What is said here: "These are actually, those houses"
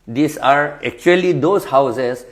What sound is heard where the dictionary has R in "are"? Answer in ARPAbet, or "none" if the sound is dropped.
R